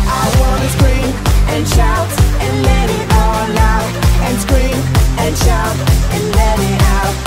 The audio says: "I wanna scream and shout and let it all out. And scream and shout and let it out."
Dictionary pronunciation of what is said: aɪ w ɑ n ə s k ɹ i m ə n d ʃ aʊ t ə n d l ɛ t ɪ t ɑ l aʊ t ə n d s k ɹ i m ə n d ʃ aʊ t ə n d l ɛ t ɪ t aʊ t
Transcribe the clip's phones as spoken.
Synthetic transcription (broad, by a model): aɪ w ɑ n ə s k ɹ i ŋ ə n ʃ aʊ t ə n l ɛ t ɪ t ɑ n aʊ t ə n s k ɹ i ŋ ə n ʃ aʊ t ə n l ɛ t ɪ t aʊ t